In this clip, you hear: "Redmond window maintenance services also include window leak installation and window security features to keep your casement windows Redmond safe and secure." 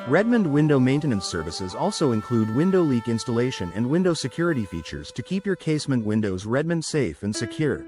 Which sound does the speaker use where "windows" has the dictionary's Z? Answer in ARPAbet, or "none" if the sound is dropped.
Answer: Z